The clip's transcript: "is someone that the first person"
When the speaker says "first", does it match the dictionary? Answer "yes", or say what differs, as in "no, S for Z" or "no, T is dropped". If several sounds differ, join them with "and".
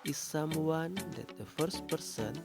yes